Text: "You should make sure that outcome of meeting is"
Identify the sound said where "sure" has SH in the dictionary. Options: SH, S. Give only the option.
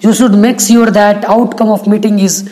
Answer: S